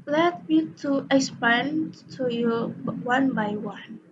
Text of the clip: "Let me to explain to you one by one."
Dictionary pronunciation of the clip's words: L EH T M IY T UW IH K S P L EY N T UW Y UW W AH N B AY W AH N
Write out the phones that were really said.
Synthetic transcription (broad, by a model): L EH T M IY T UW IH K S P AA N T UW Y UW W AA N B AY W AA N